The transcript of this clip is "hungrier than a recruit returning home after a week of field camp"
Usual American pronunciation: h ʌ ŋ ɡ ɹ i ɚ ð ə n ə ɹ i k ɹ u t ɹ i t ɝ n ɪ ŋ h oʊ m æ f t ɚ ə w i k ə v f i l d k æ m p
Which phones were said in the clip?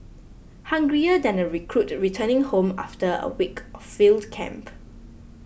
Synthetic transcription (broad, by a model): h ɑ ŋ ɡ ɹ i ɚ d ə n ə ɹ i k ɹ u t ɹ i t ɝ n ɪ ŋ h oʊ m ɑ f t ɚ ə w i k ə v f i l d k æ m p